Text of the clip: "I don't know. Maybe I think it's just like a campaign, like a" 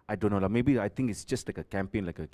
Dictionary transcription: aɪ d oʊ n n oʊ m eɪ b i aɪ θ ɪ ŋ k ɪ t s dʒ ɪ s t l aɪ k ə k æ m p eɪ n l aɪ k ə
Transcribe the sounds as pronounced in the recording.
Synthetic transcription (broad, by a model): aɪ d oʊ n l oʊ m eɪ b i aɪ t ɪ ŋ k ɪ t s dʒ ɪ s t l aɪ k ə k æ m p eɪ n l aɪ k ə